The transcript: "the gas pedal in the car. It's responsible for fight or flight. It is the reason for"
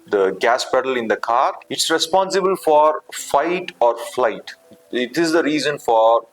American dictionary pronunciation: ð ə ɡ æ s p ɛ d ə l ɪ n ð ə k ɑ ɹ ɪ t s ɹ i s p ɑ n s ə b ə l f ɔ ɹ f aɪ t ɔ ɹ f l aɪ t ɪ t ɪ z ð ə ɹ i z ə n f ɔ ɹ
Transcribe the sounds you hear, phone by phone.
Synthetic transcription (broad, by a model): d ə ɡ æ s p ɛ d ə l ɪ n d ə k ɑ ɹ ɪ t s ɹ i s p ɑ n s ə b ə l f ɔ ɹ f aɪ t ɔ ɹ f l aɪ t ɪ t ɪ z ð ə ɹ i z ə n f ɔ ɹ